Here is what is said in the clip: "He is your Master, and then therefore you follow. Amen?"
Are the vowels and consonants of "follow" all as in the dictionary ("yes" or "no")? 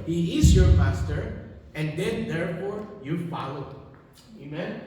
yes